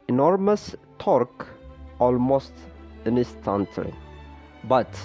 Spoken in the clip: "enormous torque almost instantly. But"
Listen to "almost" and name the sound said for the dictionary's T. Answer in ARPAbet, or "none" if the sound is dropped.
T